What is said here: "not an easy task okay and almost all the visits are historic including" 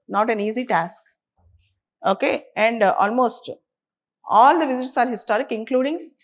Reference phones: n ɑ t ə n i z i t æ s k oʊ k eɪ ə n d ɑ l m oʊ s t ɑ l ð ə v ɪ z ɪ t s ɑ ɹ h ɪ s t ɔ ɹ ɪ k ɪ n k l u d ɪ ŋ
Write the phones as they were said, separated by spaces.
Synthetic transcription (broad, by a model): n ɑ t ə n i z i t æ s k oʊ k eɪ ə n d ɑ l m oʊ s t ɑ l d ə v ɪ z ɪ t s ɑ ɹ h ɪ s t ɔ ɹ ɪ k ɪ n k l u d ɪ ŋ